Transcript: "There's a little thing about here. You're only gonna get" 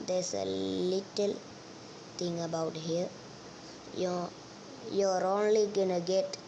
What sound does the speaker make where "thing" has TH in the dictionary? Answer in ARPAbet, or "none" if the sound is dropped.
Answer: T